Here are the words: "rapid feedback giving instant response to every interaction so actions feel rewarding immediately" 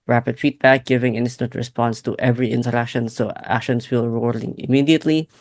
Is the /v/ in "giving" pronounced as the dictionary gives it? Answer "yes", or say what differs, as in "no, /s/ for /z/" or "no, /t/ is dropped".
yes